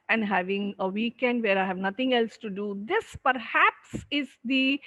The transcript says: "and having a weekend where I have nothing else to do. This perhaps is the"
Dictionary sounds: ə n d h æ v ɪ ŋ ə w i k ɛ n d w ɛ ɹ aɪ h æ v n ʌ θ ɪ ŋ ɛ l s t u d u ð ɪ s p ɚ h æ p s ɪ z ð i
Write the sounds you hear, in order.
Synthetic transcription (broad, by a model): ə n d h æ v ɪ ŋ ə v i k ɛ n d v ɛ ɹ aɪ h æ v n ʌ t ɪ ŋ ɛ l s t u d u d ɪ s p ɚ h æ p s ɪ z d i